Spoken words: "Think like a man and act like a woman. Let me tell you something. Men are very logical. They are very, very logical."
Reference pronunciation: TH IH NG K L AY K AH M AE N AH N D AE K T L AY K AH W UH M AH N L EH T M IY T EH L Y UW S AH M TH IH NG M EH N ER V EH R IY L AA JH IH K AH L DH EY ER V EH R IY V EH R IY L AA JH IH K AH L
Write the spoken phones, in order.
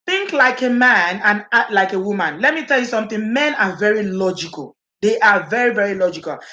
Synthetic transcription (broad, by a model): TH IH NG K L AY K AH M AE N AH N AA T L AY K AH W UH M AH N L EH T M IY T EH L Y UW S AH M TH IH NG M EH N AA V EH R IY L AA JH IH K AH L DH EY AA V EH R IY V EH R IY L AA JH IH K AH L